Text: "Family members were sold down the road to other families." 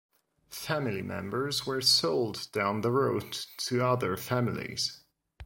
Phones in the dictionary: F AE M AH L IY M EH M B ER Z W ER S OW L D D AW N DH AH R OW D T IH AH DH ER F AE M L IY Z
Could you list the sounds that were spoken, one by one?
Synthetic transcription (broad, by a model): F AE M AH L IY M EH M B ER Z W ER S OW L D D AW N DH AH R OW D T IH AH DH ER F AE M L IY Z